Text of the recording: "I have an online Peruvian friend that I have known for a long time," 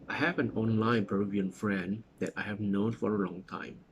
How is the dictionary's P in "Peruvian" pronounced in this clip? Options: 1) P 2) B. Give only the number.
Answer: 2